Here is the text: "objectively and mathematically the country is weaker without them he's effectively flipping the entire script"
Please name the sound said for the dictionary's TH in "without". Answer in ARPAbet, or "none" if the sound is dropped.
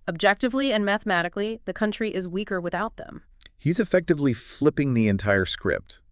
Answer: TH